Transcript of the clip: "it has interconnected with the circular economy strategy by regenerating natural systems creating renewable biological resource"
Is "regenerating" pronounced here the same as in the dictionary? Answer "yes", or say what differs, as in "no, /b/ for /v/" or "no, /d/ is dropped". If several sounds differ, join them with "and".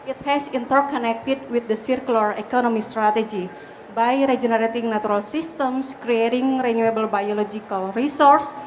yes